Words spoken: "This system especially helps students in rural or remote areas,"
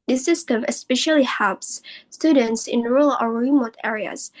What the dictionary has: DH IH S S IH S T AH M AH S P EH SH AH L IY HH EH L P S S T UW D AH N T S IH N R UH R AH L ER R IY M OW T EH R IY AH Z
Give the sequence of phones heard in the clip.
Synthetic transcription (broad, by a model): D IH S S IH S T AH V AH S P EH SH AH L IY HH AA P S S T UW D AH N T S IH N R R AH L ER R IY M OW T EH R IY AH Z